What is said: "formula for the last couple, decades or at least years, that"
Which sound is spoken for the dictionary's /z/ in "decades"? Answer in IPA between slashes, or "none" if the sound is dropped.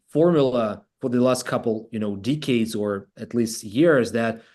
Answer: /z/